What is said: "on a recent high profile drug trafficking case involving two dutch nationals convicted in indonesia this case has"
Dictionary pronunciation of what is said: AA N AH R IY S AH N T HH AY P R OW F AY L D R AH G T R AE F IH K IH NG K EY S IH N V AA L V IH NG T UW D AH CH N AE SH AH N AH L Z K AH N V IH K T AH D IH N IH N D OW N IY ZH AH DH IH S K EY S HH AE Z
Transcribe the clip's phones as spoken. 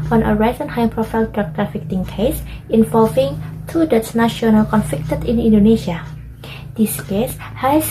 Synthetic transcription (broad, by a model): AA N AH R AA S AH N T HH AY P R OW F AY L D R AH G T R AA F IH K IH NG K EY S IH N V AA L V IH NG T UW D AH S N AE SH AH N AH L K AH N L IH K T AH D IH N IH N D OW N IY SH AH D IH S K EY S HH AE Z